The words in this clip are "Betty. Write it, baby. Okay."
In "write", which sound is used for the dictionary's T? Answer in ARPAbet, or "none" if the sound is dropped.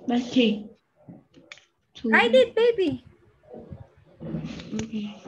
none